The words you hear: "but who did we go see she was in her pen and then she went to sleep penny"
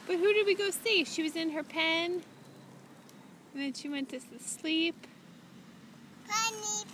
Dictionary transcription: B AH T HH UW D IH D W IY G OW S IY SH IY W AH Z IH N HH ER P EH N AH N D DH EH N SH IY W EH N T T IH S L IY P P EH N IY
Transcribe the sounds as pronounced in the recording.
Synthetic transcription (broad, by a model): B AH T HH UW D IH D W IY G OW S IY SH IY W AH Z IH N ER P EH N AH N DH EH N SH IY W EH N T S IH S L IY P P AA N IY